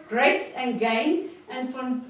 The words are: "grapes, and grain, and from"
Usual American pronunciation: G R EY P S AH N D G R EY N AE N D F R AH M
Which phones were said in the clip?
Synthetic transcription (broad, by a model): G R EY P S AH N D G EY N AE N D F R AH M